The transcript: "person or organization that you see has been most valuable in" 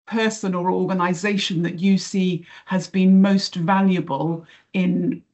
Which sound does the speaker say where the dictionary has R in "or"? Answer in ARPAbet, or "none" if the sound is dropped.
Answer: L